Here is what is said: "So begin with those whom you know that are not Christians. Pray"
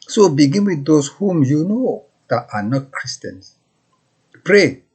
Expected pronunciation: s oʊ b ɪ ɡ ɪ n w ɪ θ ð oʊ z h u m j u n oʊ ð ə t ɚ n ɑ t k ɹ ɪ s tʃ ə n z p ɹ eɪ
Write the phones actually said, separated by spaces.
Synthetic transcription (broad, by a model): s oʊ b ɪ ɡ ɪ n w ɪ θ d oʊ s h u m j u n oʊ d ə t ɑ n ɑ t k ɹ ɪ s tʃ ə n s p ɹ eɪ